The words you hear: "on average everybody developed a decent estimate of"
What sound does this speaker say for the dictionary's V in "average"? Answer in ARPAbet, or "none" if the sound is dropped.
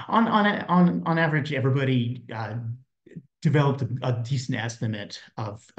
V